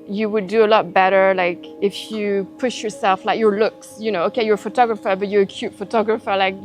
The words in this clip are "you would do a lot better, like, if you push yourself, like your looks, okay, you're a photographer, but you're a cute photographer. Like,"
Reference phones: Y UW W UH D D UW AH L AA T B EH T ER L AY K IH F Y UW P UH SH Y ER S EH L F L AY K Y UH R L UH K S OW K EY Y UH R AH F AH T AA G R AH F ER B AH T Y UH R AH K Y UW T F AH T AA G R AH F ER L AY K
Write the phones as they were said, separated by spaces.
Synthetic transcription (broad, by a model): Y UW W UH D D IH AH L AA T B EH T ER L AY K IH F Y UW P UH SH Y ER S EH L F L AY K Y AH R L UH K S OW K EY Y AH R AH F AH T AA G R AH F ER B AH T Y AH R AH K Y UW T F AH T AA G R AH F ER L AY K